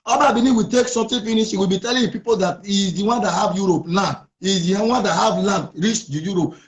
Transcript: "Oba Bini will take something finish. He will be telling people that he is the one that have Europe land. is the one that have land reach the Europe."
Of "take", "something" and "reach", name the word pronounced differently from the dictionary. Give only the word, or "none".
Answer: something